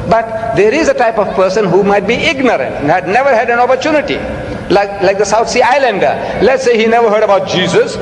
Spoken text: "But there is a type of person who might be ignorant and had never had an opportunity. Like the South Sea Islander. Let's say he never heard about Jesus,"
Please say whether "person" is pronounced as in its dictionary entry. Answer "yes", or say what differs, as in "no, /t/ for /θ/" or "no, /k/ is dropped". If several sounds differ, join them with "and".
yes